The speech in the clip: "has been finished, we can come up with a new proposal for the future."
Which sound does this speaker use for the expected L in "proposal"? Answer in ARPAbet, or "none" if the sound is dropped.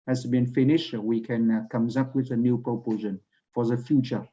N